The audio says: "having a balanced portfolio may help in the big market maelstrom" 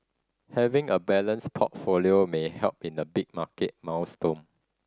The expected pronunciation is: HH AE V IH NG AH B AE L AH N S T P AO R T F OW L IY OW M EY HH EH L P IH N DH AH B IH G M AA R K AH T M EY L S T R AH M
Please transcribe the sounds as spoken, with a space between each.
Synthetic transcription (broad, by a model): HH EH V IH NG AH B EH L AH N S P AO T F OW L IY OW M EY HH EH L P IH N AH B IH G M AA K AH T M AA W S T AH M